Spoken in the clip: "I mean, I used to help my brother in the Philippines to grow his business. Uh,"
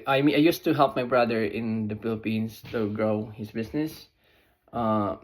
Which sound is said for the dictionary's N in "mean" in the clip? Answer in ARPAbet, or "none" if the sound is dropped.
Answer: none